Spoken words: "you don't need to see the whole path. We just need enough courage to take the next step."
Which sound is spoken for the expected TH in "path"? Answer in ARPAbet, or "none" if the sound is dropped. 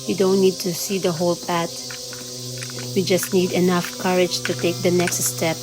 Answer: T